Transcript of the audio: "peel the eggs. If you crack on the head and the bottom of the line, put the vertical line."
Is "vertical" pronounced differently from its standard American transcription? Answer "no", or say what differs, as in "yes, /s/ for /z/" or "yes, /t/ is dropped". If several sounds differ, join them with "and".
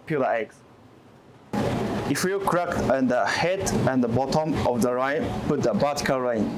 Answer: yes, /b/ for /v/